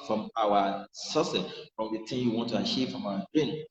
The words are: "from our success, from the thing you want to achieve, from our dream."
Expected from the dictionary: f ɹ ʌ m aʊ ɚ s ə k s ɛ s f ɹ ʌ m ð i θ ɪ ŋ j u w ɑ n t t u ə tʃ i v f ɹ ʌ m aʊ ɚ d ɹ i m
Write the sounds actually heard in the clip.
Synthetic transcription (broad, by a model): f ɹ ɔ m aʊ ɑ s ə s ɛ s f ɹ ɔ m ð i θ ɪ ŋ j u w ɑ n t t u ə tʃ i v f ɹ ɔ m aʊ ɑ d ɹ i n